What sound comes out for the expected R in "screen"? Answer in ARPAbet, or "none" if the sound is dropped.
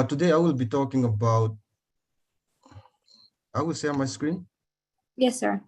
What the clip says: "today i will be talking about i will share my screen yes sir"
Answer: R